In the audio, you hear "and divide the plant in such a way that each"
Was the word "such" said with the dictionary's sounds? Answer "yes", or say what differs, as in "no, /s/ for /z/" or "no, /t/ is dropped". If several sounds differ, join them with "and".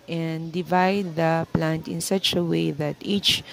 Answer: yes